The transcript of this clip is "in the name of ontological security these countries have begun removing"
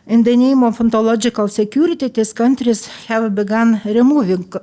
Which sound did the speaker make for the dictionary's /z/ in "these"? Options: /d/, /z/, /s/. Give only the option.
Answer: /s/